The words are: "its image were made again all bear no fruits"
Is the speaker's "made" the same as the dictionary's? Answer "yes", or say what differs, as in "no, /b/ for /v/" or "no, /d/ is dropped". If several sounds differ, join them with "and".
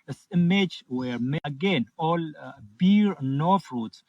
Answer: no, /d/ is dropped